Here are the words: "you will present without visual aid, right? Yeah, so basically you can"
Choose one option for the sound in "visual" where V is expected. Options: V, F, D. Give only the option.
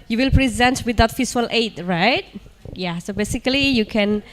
F